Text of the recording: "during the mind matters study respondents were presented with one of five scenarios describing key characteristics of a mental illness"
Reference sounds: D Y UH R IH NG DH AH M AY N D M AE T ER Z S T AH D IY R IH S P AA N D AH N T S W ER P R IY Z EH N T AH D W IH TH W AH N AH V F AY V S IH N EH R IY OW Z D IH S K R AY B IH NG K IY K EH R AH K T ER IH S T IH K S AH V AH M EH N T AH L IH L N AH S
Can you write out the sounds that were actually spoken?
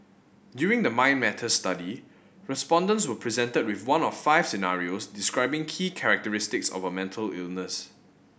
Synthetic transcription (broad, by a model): D Y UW R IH NG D AH M AY N M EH T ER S T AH D IY R IH S P AA N D AH N T S W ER P R IY Z EH N T AH D W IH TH W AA N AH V F AY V S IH N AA R IY OW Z D IH S K R AY B IH NG K IY K EH R AH K T ER IH S T IH K S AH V AH M EH N T AH L IH L N AH S